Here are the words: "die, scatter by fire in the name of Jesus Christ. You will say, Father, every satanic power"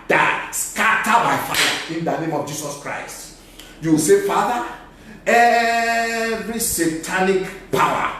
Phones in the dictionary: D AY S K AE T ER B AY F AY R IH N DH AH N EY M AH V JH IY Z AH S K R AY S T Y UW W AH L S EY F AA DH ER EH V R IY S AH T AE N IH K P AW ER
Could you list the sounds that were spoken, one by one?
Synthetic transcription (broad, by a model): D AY S K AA T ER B AY F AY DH IH N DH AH N EY M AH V JH IY S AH S K R AY S T Y UW W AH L S EY F AA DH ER EH V R IY S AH T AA N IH K P AW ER